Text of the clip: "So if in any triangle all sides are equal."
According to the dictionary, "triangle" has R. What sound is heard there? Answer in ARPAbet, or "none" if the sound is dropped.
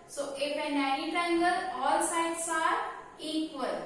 none